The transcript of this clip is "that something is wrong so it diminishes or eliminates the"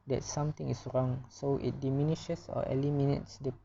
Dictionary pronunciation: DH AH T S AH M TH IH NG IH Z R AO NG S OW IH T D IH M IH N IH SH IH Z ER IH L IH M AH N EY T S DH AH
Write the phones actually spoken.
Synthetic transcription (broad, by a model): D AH T S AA M T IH NG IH S R AO NG S OW IH T D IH M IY N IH SH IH S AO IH L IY M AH N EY T S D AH